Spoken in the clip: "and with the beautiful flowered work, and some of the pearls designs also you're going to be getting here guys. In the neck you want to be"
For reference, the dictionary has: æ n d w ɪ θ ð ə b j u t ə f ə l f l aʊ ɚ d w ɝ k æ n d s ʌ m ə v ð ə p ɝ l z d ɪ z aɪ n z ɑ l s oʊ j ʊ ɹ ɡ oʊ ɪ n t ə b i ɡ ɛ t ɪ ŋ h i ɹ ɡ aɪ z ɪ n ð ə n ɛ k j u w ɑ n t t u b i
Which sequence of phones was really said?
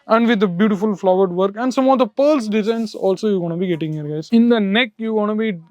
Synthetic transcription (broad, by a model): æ n d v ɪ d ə b j u t ə f ə l f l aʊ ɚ d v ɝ k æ n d s ʌ m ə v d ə p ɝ l s d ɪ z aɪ n s ɑ l s oʊ j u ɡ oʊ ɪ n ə b i ɡ ɛ t ɪ ŋ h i ɹ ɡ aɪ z ɪ n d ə n ɛ k j u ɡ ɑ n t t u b i